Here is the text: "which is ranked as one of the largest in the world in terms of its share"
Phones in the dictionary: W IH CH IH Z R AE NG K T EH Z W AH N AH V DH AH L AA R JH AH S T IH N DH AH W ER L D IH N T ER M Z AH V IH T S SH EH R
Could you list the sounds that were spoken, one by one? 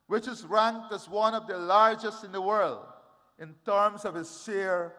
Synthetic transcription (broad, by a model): W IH CH IH Z R AE NG K T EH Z W AH N AH V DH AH L AA R JH AH S T IH N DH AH W ER L D IH N T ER M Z AH V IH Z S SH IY R